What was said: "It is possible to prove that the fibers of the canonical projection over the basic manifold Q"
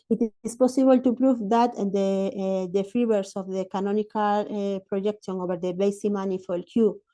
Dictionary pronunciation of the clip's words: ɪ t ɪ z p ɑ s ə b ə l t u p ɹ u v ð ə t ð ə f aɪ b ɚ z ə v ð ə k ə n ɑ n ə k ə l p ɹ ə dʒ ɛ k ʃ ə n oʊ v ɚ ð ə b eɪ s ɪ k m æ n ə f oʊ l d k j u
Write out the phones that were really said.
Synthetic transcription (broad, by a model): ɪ t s p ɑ s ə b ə l t u p ɹ u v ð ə t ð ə f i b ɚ s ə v ð ə k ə n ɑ n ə k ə l p ɹ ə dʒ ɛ k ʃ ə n oʊ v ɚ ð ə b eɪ s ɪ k m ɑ n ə f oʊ l k j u